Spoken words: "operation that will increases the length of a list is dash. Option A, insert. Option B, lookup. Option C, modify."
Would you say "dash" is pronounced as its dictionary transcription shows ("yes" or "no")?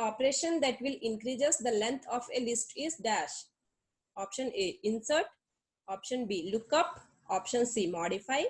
yes